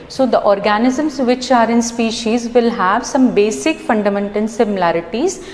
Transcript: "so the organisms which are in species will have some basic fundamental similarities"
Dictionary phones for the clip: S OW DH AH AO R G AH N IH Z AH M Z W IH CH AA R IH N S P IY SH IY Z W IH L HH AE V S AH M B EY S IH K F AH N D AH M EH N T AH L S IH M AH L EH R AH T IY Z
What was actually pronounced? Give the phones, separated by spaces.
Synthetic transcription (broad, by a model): S OW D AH AO R G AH N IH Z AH M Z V IH CH AA R IH N S P IY SH IY Z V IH L HH AE V S AH M B EY S IH K F AH N D AH M EH N T AH L S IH M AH L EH R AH T IY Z